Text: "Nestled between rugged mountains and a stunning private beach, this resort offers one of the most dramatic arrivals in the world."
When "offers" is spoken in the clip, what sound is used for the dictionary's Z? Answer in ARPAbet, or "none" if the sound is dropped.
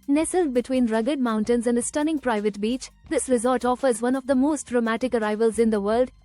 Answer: Z